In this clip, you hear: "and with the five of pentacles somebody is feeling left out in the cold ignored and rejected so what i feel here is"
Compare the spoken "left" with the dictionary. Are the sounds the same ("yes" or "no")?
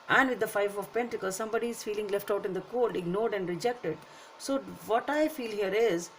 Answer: yes